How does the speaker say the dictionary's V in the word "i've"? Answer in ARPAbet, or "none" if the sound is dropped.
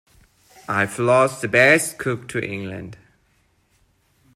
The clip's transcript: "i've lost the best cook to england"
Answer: F